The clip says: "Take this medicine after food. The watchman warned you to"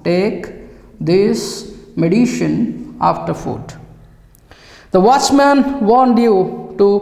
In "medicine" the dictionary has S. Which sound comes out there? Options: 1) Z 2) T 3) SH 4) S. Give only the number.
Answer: 3